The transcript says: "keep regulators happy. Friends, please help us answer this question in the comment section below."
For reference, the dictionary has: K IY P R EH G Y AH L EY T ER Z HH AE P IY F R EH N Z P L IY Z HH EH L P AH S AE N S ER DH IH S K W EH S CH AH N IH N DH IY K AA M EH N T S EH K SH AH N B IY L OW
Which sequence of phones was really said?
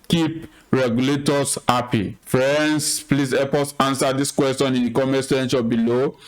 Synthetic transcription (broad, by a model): K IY P R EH G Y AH L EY T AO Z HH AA P IY F R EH N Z P L IY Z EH P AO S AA N S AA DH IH S K W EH S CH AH N IH N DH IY K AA M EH S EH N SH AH B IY L OW